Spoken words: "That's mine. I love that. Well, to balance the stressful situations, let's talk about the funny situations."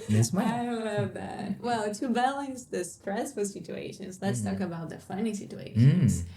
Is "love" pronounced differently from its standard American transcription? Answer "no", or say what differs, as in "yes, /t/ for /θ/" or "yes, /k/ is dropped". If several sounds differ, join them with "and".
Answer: yes, /n/ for /l/